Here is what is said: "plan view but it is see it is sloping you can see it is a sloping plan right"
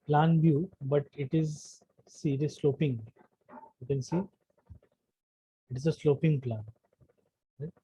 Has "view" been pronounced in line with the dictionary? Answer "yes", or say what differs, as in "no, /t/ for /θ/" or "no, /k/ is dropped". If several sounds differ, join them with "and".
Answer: no, /b/ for /v/